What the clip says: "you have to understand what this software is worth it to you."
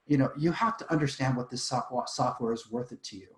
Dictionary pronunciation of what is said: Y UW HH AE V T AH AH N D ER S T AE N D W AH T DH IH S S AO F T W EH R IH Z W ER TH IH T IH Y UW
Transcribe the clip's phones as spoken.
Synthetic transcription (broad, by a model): Y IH HH AE F T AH AH N D ER S T AE N D W AH T DH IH S S AO F T W EH R IH Z W ER TH IH T IH Y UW